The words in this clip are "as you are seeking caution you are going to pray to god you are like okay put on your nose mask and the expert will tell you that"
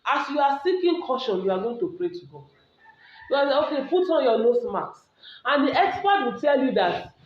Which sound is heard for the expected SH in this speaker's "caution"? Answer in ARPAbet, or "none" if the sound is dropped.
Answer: SH